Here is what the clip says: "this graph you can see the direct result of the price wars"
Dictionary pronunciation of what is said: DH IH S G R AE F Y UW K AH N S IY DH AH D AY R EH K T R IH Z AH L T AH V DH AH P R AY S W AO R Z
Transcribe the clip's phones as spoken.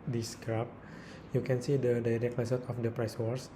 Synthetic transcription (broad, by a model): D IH S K R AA P Y UW K AH N S IY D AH D AY R EH K T L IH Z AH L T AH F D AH P R AY S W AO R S